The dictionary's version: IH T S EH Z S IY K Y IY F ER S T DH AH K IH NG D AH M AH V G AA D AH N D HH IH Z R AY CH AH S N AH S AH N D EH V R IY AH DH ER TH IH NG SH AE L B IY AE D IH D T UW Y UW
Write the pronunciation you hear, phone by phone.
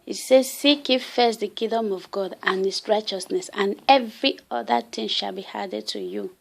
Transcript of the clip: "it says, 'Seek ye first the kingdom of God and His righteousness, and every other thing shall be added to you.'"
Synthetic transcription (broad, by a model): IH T S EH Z S IY K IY F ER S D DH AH K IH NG D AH M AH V G AA D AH N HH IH S R AY CH AH S N AH S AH N EH V R IY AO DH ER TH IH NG SH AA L B IY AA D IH D T UW Y UW